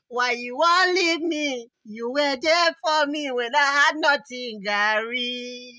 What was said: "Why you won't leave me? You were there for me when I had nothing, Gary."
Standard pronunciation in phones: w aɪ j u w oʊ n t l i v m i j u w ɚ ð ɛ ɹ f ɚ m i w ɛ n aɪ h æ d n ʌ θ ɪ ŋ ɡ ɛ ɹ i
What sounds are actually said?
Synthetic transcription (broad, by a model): w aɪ j u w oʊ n l i v m i j u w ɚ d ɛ f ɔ m i w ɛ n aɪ h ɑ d n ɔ t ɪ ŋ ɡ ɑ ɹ i